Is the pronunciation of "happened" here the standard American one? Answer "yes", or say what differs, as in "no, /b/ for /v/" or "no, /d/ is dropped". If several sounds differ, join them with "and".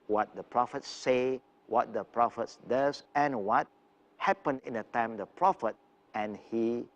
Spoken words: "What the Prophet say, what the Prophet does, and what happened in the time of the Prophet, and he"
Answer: no, /d/ is dropped